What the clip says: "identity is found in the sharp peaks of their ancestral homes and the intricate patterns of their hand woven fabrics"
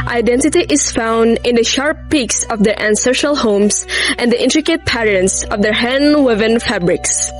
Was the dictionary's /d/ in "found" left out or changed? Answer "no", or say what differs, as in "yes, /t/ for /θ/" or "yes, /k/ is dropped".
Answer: no